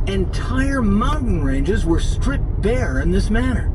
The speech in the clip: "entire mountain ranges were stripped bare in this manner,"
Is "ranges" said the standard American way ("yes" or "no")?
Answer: yes